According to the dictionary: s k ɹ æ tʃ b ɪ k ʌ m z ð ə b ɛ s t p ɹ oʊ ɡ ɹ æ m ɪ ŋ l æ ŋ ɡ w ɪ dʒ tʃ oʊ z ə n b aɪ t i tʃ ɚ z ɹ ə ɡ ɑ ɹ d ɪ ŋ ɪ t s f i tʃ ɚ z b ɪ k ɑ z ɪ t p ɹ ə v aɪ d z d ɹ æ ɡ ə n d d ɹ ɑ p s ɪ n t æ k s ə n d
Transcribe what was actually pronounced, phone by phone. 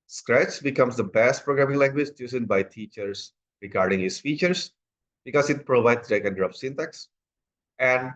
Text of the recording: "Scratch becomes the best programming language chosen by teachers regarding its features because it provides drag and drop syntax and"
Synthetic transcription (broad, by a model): s k ɹ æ tʃ b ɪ k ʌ m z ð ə b ɛ s t p ɹ oʊ ɡ ɹ æ m ɪ ŋ l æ ŋ ɡ w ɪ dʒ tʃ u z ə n b aɪ t i tʃ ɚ s ɹ ə ɡ ɑ ɹ d ɪ ŋ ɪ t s f i tʃ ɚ s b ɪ k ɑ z ɪ t p ɹ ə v aɪ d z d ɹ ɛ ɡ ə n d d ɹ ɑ f s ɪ n t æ k s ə n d